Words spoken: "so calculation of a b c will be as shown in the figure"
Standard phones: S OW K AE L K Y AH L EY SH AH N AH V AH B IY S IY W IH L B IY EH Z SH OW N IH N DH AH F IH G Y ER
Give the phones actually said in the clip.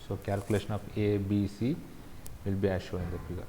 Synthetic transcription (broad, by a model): S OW K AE L K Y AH L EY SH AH N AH F AH B IY S IY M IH L B IY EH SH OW IH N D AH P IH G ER